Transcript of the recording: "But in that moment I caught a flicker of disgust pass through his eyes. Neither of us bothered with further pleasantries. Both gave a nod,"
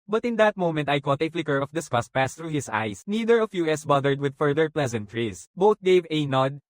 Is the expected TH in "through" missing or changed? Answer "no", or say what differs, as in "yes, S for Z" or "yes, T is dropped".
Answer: yes, T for TH